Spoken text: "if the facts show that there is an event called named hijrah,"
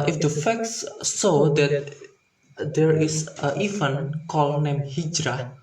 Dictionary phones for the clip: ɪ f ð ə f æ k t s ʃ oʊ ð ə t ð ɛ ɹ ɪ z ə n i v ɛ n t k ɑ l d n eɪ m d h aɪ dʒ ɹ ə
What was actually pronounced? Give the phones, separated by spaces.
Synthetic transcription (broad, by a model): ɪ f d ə f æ k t s s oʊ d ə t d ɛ ɹ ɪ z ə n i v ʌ n k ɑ l n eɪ m h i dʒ ɹ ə